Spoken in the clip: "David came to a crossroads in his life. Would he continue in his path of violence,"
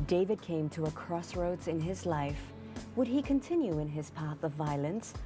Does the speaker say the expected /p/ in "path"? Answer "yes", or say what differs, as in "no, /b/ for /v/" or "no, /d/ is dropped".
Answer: yes